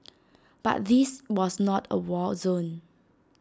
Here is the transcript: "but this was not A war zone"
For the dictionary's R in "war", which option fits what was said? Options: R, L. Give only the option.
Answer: L